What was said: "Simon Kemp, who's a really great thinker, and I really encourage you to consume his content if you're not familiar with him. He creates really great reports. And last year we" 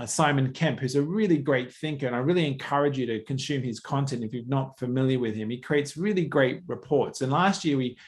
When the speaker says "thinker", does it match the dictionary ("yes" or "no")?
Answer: yes